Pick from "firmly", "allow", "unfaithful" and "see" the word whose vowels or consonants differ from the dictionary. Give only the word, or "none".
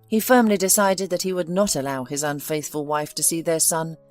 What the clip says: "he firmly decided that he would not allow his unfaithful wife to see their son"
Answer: none